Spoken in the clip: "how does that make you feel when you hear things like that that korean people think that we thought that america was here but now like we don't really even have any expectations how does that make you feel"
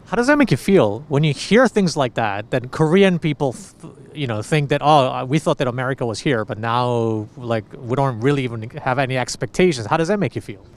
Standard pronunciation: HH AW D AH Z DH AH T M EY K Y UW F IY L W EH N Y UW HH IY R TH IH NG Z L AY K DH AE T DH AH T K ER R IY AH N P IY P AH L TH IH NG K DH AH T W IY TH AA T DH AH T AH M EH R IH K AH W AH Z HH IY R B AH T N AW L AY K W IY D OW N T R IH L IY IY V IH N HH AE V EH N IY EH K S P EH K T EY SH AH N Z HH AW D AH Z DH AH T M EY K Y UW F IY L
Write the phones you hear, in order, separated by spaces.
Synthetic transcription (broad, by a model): HH AW D AH Z DH AH T M EY K Y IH F IY L W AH N Y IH HH IY R TH IH NG Z L AY K DH AE T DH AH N K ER R IY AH N P IY P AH N TH IH NG K DH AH T W IY TH AA T DH AH T AH M EH R IH K AH W AH Z HH IY R B AH T N AW L AY K W IY D OW N T R IH L IY IY V IH N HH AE V EH N IY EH K S P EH K T EY SH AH N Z HH AW D AH Z DH AH T M EY K Y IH F IY L